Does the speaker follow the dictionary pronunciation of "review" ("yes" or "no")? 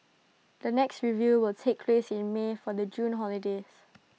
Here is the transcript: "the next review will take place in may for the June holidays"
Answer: yes